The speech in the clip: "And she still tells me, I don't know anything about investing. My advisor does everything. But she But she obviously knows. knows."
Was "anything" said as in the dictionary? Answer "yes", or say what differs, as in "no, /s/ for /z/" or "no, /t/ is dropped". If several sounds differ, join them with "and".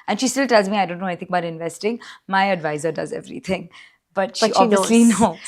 no, /n/ is dropped and /t/ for /θ/